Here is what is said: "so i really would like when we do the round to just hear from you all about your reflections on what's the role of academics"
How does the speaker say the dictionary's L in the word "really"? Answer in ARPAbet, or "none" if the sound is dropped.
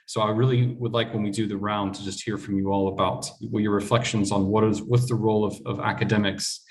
L